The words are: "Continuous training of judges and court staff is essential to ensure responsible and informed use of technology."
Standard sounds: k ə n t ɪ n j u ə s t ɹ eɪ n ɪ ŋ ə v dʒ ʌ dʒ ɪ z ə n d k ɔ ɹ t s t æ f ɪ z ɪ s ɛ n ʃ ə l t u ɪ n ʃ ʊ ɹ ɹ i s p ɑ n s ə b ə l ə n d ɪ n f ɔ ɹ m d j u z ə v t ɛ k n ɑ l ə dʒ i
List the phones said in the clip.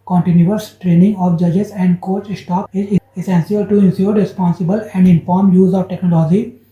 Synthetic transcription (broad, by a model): k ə n t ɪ n j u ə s t ɹ eɪ n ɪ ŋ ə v dʒ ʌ dʒ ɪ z ə n d k ɔ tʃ s t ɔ p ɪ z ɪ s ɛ n s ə l t u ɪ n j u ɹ ɹ i s p ɑ n s ə b ə l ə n d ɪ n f ɔ ɹ m j u z ə v t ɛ k n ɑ l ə dʒ i